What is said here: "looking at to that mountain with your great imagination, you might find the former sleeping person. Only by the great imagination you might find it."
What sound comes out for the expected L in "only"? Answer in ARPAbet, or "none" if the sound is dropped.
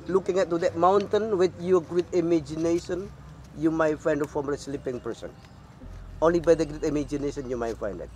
L